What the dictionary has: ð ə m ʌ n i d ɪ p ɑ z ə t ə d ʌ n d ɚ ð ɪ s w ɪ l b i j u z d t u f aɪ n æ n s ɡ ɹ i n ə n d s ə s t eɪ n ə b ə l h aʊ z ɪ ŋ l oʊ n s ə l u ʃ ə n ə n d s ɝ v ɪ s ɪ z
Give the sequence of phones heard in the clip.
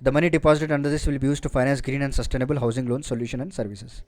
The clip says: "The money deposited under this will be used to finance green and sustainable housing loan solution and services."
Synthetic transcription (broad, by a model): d ə m ʌ n i d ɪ p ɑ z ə t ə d ʌ n d ɚ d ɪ s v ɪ l b i j u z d t u f aɪ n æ n s ɡ ɹ i n ə n d s ə s t eɪ n ə b ə l h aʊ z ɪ ŋ l oʊ n s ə l u ʃ ə n ə n d s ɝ v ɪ s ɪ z